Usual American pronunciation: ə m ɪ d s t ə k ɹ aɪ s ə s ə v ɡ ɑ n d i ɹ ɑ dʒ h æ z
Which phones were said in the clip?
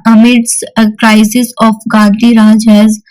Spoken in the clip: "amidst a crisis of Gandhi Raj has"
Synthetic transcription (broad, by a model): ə m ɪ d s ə k ɹ aɪ s ə s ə f ɡ ɑ d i ɹ ɑ dʒ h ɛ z